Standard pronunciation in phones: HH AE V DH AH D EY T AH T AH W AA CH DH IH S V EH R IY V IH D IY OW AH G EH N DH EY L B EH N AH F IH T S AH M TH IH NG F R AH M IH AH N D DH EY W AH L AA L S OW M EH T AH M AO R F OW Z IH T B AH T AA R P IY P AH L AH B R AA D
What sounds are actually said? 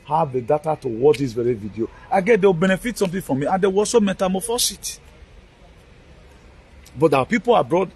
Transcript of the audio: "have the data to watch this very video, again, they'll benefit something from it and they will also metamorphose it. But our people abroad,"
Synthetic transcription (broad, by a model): HH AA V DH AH D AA T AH T AH W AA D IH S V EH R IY V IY D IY OW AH G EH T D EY W B EH N AH F IH T S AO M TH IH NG F R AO M IH AH N D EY W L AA S OW M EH T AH M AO F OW S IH T B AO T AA P IY P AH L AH B R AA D